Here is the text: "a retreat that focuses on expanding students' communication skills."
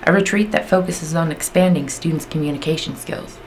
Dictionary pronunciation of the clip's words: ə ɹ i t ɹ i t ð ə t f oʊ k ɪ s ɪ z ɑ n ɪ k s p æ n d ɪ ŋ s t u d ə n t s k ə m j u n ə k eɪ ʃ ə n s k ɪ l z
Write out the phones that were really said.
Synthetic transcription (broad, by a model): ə ɹ i t ɹ i t ð ə t f oʊ k ɪ s ɪ z n ɪ k s p æ n d ɪ ŋ s t u d n t s k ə m j u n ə k eɪ ʃ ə n s k ɪ l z